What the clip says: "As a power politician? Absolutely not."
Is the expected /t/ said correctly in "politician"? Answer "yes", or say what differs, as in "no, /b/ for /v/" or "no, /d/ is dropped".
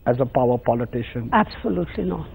yes